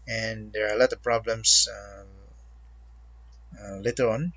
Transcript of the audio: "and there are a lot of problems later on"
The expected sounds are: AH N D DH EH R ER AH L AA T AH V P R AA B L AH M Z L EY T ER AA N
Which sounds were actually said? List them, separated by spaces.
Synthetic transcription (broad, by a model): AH N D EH R AH L AA T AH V P R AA B L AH M S L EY T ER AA N